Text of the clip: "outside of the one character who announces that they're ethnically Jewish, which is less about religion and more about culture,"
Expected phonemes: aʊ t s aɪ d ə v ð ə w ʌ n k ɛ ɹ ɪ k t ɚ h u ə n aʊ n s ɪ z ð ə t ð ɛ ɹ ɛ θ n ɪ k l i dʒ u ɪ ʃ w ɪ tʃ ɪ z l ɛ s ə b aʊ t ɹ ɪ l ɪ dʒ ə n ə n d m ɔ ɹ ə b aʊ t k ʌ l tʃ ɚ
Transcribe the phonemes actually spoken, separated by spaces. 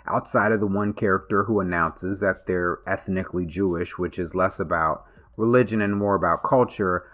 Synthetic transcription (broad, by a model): aʊ t s aɪ d ə v ð ə w ʌ n k ɛ ɹ ɪ k t ɚ h u ə n aʊ n s ɪ z ð ə t ð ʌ ɹ ɛ θ n ɪ k l i dʒ u ɪ ʃ w ɪ tʃ ɪ z l ɛ s ə b aʊ t ɹ ɪ l ɪ dʒ ə n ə n m ɔ ɹ ə b aʊ t k ʌ l tʃ ɚ